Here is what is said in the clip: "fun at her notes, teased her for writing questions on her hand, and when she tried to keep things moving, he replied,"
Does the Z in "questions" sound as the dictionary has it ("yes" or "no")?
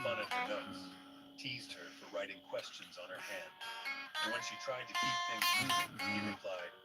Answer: yes